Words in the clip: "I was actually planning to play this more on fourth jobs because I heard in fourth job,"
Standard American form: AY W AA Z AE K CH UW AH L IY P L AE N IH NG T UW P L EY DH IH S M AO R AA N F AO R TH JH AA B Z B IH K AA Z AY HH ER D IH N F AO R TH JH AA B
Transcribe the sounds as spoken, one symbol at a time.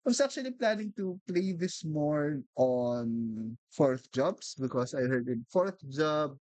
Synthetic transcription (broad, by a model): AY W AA S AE K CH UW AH L IY P L AE N IH NG T UW P L EY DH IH S M AO R AA N F AO R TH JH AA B S B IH K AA S AY HH ER D IH N F AO R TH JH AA B